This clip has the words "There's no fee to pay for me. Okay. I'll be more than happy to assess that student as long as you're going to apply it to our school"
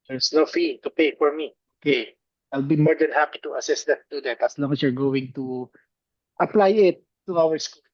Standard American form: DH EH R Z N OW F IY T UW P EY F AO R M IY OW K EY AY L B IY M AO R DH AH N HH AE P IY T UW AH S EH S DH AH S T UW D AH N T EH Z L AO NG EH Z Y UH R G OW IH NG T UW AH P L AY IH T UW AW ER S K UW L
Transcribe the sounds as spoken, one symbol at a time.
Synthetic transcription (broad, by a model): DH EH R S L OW F IY T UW P EY F AO R M IY OW K EY AY L B IY M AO R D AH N HH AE P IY T UW AH S EH S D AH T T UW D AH T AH S L AO NG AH S Y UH R G OW IH NG T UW AH P L AY IH T UW AW ER S K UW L